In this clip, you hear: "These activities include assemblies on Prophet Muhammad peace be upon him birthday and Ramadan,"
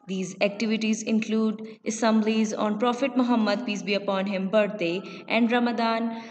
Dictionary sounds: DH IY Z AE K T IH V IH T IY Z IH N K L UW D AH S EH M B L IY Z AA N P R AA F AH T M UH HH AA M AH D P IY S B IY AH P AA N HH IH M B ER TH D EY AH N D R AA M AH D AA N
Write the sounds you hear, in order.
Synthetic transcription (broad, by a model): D IY Z AE K T IH V IH T IY Z IH N K L UW D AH S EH M B L IY Z AA N P R AA F AH T M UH HH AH M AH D P IY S B IY AH P AA N HH IH M B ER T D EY AH N D R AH M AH D AA N